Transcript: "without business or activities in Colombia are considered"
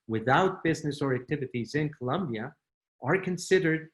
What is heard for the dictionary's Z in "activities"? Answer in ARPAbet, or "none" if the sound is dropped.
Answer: Z